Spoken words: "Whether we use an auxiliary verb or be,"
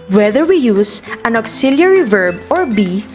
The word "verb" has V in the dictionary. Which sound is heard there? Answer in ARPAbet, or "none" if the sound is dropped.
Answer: V